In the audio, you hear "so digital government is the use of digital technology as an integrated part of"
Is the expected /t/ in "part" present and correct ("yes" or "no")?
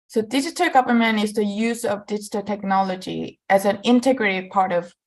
yes